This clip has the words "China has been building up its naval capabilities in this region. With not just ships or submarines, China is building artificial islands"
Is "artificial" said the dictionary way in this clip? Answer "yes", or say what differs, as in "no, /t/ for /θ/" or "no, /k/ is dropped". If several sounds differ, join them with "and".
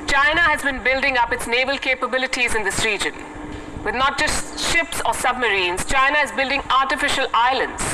yes